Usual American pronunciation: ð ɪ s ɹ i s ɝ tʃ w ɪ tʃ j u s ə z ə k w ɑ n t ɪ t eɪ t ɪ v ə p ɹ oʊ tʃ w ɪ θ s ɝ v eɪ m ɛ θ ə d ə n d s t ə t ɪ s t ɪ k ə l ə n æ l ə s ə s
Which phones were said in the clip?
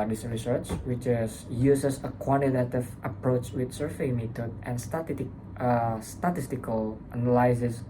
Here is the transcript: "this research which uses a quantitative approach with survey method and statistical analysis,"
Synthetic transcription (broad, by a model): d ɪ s ɹ i s ɝ tʃ w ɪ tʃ j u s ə s ə k w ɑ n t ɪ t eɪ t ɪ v ə p ɹ oʊ tʃ w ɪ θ s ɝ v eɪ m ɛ t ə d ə n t s t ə t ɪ s t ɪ k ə l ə n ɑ l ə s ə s